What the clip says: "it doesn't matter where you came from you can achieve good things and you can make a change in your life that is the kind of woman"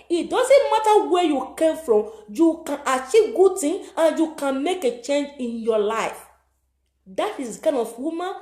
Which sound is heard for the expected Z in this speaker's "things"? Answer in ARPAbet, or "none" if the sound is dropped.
none